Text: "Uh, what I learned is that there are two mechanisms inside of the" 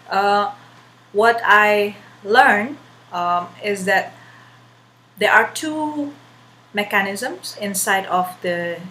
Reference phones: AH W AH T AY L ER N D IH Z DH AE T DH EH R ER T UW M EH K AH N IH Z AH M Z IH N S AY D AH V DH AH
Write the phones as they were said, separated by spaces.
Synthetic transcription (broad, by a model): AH W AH T AY L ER N IH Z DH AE T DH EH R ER T UW M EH K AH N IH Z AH M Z IH N S AY D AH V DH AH